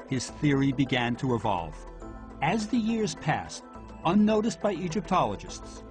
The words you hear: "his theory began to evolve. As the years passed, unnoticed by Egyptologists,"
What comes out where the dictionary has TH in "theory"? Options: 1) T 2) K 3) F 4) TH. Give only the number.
4